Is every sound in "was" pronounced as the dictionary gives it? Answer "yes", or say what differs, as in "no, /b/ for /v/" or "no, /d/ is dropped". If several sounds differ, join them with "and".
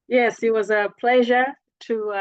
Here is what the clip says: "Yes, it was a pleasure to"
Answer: yes